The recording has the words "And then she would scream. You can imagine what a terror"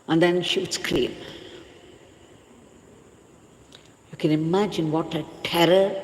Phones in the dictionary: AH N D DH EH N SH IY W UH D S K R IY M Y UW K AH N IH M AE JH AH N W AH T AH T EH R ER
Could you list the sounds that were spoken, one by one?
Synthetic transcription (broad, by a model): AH N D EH N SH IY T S K L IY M Y UW K AH N IH M AE JH AH N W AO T AH T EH R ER